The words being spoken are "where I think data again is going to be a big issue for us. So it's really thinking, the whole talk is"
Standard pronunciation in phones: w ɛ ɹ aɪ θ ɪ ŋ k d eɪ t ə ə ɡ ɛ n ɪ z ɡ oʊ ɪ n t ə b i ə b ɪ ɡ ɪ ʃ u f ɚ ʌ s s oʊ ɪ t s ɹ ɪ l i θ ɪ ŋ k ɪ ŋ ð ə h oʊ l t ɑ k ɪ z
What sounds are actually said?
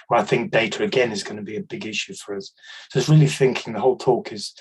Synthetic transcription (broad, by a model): w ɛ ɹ aɪ θ ɪ ŋ k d eɪ t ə ə ɡ ɛ n ɪ z ɡ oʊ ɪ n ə b i ə b ɪ ɡ ɪ ʃ u f ɚ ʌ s s oʊ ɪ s ɹ ɪ l i θ ɪ ŋ k ɪ ŋ ð ə h oʊ l t ɑ k ɪ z